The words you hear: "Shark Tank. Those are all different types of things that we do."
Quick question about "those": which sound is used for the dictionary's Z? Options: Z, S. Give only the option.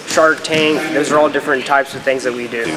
Z